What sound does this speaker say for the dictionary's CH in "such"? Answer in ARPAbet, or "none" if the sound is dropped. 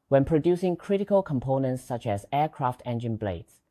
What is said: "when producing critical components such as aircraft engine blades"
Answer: CH